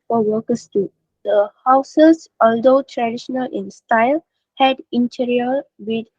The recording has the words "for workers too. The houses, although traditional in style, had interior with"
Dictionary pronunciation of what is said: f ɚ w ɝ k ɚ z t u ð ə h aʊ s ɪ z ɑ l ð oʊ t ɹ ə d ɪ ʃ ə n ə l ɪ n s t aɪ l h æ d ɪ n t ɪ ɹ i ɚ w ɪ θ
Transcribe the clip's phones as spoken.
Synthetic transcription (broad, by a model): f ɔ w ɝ k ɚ s t u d ə h aʊ s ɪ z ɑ l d oʊ t ɹ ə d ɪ ʃ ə n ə l ɪ n s t aɪ l h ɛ d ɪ n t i ɹ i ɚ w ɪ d